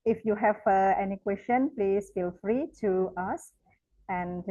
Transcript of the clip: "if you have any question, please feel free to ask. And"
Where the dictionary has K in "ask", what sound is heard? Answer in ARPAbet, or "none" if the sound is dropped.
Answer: none